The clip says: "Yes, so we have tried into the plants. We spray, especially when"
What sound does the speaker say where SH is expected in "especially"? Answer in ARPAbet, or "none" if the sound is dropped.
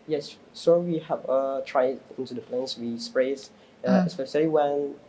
S